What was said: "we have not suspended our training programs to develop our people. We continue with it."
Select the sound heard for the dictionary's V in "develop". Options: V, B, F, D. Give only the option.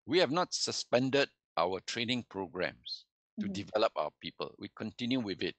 V